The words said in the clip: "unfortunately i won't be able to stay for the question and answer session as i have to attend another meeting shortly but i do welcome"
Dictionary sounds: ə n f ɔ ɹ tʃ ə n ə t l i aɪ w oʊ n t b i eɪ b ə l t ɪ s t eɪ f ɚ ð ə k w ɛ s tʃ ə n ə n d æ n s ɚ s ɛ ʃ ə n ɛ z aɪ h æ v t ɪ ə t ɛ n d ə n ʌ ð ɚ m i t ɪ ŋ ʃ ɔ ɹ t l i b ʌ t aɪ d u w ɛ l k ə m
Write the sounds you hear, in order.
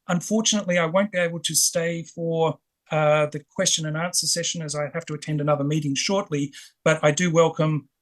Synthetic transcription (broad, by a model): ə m f ɔ ɹ tʃ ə n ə t l i aɪ w oʊ n b i eɪ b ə l t ɪ s t eɪ f ɚ ð ə k w ɛ s tʃ ə n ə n æ n s ɚ s ɛ ʃ ə n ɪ z aɪ h æ f t ɪ ə t ɛ n d ə n ʌ ð ɚ m i t ɪ ŋ ʃ ɔ ɹ t l i b ʌ t aɪ d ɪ w ɛ l k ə m